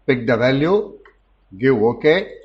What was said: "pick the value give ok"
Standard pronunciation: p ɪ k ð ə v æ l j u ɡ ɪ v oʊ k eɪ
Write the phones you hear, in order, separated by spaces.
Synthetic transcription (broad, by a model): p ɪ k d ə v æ l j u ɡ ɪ oʊ k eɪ